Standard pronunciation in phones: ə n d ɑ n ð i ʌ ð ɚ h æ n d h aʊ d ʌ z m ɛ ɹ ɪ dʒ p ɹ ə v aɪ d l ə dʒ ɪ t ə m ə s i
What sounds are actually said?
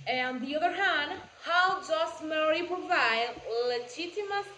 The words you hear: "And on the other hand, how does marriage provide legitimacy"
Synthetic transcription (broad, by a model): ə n ɑ n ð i ʌ ð ɚ h æ n d h aʊ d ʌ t m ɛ ɹ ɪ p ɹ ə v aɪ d l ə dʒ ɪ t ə m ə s